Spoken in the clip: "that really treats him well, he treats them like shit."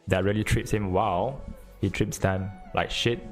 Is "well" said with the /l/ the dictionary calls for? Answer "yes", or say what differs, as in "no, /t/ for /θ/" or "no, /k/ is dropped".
no, /w/ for /l/